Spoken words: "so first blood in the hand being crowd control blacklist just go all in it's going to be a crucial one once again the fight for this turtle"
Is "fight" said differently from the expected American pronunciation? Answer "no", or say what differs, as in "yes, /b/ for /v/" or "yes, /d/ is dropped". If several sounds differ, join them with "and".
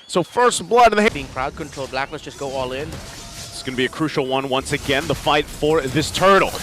no